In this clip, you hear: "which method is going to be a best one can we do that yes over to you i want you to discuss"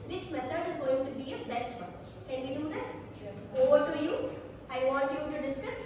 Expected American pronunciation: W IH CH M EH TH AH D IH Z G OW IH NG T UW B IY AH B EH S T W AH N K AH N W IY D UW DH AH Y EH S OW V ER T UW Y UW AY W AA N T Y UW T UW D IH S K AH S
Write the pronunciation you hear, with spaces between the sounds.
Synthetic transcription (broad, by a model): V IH CH M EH T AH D IH Z G OW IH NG T UW B IY AH B EH S T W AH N K AH N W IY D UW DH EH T OW V ER T UW Y UW AY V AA N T Y UW T UW D IH S K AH S